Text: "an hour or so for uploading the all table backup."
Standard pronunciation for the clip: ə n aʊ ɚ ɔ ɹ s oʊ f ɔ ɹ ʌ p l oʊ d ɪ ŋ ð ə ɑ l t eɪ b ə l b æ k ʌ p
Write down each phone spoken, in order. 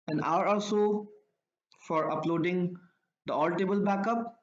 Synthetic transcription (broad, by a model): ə n aʊ ɚ ɔ l s oʊ f ɔ ɹ ʌ p l oʊ d ɪ ŋ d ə ɑ l t eɪ b ə l b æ k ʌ p